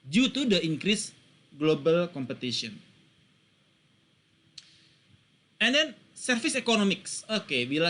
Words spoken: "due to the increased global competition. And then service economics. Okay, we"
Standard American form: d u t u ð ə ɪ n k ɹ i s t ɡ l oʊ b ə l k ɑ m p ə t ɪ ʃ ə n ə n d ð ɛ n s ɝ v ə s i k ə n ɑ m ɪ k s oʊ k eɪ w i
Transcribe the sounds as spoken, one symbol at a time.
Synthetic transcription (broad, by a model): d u t u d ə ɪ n k ɹ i s ɡ l oʊ b ə l k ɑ m p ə t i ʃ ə n ə n d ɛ n s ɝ f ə s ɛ k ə n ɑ m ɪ k s oʊ k eɪ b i